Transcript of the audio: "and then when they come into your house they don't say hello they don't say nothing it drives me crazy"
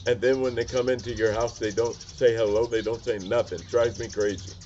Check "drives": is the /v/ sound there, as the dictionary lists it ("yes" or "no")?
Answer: no